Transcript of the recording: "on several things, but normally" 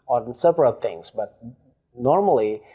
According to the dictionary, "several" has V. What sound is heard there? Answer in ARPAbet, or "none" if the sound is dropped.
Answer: P